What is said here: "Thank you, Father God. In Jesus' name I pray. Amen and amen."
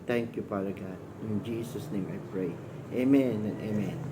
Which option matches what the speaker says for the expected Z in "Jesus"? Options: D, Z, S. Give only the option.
S